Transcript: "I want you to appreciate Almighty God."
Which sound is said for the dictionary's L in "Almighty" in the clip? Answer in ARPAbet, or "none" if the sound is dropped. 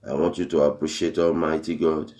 L